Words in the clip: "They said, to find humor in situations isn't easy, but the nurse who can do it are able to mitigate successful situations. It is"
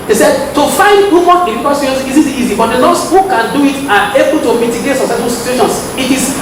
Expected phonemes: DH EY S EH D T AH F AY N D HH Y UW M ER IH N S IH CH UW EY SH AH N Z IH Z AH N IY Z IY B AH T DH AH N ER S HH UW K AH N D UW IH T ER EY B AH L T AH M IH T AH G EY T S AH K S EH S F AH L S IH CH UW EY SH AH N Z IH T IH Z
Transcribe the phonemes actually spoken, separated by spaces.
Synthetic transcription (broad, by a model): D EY S EH D T AH F AY N D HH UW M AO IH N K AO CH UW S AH Z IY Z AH IY Z IY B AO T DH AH L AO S HH UW K AH N D UW IH T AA EY B AH L T AH M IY T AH G EY T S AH S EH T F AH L S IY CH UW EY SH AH N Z IH T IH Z